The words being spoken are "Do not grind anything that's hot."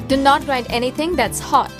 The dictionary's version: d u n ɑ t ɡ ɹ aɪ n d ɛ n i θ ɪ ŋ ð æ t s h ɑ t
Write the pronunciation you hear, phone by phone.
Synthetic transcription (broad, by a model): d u n ɑ t ɹ aɪ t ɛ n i t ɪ ŋ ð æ t s h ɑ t